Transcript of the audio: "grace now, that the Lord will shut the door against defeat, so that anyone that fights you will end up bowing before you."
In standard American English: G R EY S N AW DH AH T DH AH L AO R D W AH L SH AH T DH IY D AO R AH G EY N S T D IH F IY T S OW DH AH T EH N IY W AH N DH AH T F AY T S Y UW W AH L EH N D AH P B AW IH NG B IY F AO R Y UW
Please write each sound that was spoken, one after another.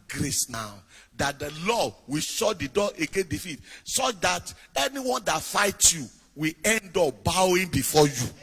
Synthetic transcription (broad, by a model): G R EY S N AW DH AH T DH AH L AO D W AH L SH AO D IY D AO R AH G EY N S D IH F IY T S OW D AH T EH N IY W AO N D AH T F AY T Y UW W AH EH N D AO P B AW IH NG B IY F AO Y UW